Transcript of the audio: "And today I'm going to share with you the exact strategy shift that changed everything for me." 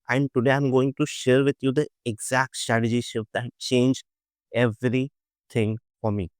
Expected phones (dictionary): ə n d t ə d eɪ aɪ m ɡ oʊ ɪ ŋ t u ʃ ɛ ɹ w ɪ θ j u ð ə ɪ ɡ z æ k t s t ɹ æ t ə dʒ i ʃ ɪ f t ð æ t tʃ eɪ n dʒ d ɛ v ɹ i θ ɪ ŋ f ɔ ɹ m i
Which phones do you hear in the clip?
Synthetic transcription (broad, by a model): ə n d t ə d eɪ aɪ m ɡ oʊ ɪ ŋ t u ʃ ɛ ɹ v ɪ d j u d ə ɪ ɡ z æ k t s t ɹ æ t ə dʒ i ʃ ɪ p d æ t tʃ eɪ n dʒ ɛ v ɹ i t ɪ ŋ f ɔ ɹ m i